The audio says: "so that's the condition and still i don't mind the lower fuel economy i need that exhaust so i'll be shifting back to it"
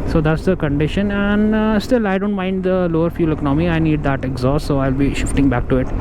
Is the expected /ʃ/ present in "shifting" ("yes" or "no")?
yes